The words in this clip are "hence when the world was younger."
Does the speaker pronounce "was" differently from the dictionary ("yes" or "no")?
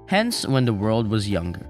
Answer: no